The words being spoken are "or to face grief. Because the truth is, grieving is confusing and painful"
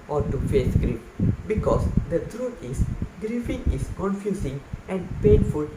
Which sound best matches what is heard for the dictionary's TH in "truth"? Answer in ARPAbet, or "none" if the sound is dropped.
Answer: T